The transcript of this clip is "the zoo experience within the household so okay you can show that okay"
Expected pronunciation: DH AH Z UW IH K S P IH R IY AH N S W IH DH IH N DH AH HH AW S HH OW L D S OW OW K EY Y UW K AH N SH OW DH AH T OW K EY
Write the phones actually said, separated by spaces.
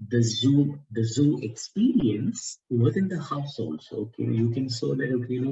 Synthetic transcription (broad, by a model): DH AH Z UW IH K S P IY R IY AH N S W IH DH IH N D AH HH AW S HH OW L D S OW OW K EY Y UW K AH N S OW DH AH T OW K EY